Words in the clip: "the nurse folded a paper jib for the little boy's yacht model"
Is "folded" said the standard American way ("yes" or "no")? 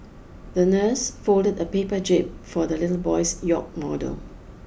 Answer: yes